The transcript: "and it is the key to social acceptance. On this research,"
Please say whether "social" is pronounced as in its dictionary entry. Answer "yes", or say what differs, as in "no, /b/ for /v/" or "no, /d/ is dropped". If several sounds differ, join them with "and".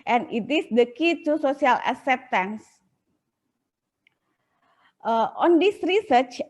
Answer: no, /s/ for /ʃ/